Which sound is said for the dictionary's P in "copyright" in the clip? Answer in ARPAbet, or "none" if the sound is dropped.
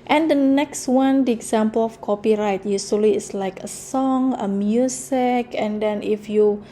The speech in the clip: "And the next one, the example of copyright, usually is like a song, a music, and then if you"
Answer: P